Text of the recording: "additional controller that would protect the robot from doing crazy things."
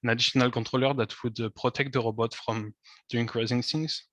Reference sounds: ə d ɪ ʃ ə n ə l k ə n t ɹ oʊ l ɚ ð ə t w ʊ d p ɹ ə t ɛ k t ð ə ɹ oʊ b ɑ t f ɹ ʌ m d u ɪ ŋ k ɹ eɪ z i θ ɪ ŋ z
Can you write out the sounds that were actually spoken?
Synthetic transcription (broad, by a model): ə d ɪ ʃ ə n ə l k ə t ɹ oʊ l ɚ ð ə t w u d p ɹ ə t ɛ k t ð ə ɹ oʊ b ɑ t f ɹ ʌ m d u ɪ ŋ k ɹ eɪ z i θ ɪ ŋ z